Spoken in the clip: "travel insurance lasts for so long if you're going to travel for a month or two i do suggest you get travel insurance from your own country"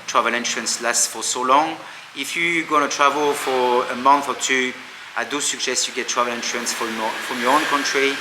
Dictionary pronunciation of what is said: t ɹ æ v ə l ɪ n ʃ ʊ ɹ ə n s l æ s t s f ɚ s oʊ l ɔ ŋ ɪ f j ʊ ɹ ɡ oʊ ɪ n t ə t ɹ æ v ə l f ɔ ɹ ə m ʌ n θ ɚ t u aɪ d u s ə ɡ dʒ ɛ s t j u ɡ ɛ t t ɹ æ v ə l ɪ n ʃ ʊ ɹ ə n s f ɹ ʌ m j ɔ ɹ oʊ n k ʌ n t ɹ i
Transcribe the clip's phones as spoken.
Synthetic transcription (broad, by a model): t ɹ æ v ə l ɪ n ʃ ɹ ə n s l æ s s f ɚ s oʊ l ɔ ŋ ɪ f j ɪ ɡ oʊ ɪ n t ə t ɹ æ v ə l f ɔ ɹ ə m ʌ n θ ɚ t u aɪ d u s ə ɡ ʃ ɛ s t j u ɡ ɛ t t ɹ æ v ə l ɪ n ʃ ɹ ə n s f ɹ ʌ m j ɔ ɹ oʊ n k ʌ n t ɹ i